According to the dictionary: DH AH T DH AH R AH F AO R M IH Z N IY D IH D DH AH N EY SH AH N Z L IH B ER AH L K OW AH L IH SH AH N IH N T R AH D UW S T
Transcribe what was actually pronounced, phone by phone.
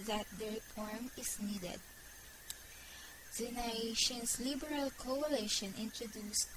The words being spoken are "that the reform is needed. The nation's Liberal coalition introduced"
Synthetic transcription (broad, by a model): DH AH T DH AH R AH F AO R M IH S N IY D IH D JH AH N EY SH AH N S L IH B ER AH L K OW AH L IH SH AH N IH N T R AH D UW S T